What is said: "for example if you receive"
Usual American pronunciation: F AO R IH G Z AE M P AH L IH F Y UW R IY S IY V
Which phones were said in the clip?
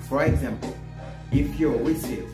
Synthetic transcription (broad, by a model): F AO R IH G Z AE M P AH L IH P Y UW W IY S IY